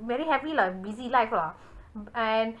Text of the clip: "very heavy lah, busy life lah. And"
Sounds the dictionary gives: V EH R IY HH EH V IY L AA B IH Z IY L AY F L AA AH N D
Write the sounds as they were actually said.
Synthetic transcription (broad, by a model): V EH R IY HH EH P IY L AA B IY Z IY L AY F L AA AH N